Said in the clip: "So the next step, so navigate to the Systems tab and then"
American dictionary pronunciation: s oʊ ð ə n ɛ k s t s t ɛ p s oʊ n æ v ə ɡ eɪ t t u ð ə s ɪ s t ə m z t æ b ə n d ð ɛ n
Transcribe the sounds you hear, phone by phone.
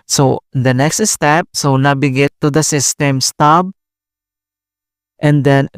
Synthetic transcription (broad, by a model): s oʊ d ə n ɛ k s t s t ɛ p s oʊ n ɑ b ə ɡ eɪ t t u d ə s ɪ s t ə m s t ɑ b ə n d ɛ n